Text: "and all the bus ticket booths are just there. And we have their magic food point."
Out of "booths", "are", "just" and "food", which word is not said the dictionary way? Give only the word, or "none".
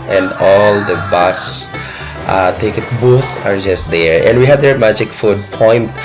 booths